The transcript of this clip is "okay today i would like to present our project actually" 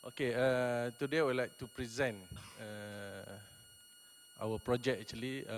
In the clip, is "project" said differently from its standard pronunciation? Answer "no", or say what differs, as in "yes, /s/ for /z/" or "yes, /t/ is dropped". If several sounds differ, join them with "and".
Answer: yes, /t/ is dropped